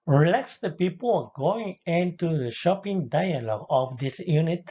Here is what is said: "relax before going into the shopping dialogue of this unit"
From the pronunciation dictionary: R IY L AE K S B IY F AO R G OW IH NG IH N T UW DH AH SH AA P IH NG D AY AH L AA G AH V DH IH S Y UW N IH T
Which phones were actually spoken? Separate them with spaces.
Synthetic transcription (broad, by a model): R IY L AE K S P IY P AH L G OW IH NG IH N T UW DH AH SH AA P IH NG D AY AH L AA G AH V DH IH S Y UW N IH T